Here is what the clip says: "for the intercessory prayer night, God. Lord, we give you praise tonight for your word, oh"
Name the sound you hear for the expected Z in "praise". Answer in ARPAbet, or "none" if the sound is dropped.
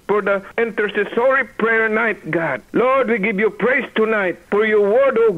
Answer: S